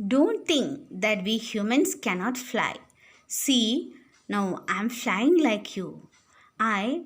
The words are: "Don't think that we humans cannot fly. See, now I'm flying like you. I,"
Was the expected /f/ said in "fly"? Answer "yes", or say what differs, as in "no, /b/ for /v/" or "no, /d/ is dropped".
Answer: yes